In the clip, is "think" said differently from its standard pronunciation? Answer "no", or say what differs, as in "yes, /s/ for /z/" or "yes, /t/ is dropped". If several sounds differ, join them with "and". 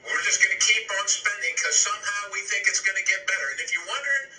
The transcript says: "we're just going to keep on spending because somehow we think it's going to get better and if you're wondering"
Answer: no